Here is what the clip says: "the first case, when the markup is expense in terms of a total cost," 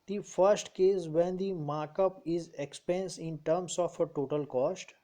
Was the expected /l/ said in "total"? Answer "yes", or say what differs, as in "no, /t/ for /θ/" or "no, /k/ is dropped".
yes